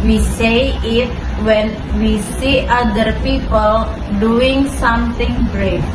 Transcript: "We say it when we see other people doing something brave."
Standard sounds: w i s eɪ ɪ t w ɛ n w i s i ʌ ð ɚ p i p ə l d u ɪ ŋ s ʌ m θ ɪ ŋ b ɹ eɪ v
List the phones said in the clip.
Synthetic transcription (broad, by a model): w i s eɪ ɪ t w ɛ n w i s i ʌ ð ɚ p i p ə l d u ɪ ŋ s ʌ m t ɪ ŋ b ɹ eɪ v